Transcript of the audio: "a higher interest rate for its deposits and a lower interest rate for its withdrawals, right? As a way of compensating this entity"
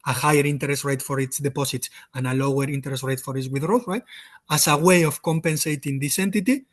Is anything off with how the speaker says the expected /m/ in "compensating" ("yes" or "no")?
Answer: no